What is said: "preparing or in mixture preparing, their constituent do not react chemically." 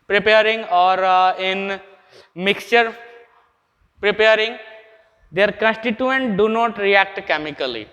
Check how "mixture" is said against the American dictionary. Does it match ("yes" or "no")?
yes